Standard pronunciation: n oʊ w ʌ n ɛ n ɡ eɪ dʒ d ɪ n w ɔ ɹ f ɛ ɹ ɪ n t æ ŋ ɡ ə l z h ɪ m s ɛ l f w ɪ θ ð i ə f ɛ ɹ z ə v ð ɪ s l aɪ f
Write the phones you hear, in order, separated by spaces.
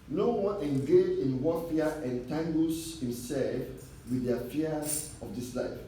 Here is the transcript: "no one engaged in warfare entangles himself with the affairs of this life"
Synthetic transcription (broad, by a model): n oʊ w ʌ n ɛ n ɡ eɪ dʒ ɪ n w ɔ f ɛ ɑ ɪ n t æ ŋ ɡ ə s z h ɪ m s ɛ l f w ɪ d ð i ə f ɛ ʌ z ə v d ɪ s l aɪ f